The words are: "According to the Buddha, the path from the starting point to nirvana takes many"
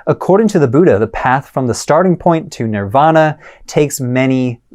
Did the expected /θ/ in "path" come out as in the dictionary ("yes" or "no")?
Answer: yes